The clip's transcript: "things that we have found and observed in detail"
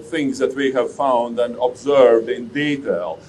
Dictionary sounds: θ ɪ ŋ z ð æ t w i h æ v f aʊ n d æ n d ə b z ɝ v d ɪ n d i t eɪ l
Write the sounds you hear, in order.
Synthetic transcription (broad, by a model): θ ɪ ŋ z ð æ t w i h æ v f aʊ n d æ n d ə b z ɝ v d ɪ n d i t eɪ l